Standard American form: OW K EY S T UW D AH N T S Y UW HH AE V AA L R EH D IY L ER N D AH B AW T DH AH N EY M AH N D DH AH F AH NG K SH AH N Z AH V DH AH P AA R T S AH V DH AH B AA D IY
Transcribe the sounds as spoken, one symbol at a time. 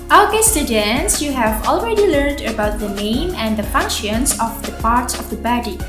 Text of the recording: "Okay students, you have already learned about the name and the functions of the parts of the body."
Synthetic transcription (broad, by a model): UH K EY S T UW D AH N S Y UW HH AE V AA L R EH D IY L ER N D AH B AW T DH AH N EY M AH N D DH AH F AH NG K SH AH N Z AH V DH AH P AA R T S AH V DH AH B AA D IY